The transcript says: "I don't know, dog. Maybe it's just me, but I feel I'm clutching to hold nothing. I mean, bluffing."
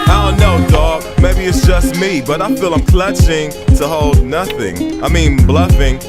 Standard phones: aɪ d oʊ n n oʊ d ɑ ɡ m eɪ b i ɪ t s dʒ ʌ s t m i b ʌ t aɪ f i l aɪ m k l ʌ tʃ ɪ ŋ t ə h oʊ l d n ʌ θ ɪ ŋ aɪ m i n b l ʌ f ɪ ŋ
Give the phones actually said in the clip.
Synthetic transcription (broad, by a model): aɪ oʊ l n oʊ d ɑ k m eɪ b i ɪ t s dʒ ʌ s t m i b ʌ t aɪ f i l aɪ m k l ʌ tʃ ɪ ŋ t ə h oʊ l d n ʌ θ ɪ ŋ aɪ m i n b l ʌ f ɪ ŋ